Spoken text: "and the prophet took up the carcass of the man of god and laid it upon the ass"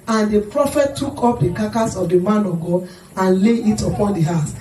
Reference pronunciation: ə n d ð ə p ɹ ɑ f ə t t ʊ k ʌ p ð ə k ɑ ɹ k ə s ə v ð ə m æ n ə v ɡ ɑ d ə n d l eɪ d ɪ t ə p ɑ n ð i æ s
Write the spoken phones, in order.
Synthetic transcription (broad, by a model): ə n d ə p ɹ ɑ f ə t t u k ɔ p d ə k ɑ k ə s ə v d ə m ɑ n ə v ɡ ɑ d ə n l eɪ ɪ t ə p ɑ n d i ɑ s